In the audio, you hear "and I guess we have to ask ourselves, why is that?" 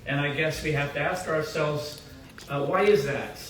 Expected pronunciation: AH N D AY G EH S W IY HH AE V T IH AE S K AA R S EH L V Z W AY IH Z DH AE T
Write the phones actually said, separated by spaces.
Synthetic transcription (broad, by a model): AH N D AY G EH S W IY HH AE F T IH AE S K AA R S EH L V Z W AY IH Z DH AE T